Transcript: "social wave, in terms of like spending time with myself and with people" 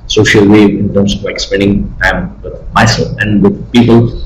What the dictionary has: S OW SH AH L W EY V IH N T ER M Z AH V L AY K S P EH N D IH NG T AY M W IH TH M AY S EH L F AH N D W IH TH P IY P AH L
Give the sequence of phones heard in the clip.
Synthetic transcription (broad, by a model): S OW SH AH L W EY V IH N T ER M S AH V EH K S P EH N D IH NG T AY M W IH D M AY S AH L AH N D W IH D P IY P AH L